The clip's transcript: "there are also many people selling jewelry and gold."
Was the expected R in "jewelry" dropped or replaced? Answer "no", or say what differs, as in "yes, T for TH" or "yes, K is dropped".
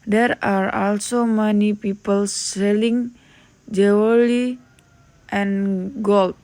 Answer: yes, R is dropped